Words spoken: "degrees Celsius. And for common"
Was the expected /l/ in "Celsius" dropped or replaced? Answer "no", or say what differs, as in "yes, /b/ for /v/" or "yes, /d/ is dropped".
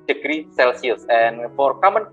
no